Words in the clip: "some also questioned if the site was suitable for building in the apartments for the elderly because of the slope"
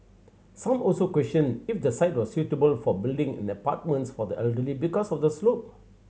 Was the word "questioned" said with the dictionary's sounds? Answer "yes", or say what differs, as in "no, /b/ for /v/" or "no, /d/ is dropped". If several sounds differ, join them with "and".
no, /d/ is dropped